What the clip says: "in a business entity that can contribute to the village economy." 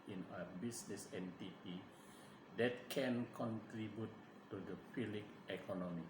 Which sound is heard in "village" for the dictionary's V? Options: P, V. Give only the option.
P